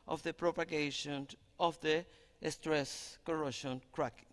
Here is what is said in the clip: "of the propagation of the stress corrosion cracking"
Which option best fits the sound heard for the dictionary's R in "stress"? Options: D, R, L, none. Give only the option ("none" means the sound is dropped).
R